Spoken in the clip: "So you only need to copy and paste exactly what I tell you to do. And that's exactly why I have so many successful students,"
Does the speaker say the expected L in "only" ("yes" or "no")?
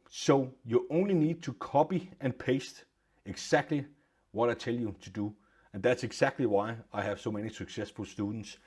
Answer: yes